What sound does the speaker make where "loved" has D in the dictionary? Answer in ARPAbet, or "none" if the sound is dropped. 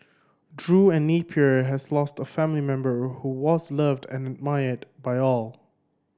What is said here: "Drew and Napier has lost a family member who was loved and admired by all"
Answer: D